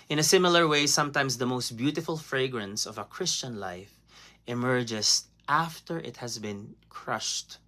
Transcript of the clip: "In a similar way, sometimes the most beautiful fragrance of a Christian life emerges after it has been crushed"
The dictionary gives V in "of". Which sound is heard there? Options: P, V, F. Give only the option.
V